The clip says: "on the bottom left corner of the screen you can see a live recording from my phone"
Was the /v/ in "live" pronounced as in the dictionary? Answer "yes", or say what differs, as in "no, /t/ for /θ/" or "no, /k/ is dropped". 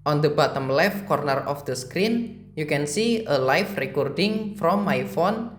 no, /f/ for /v/